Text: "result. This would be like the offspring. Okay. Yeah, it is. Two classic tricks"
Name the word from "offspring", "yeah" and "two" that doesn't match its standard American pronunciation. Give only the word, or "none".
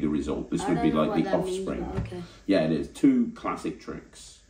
none